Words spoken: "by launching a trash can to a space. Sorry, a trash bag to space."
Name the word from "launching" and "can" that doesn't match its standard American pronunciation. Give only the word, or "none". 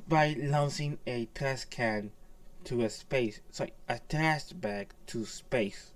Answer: launching